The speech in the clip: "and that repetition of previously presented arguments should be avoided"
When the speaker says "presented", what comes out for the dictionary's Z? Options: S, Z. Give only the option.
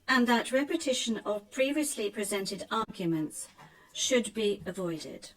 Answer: Z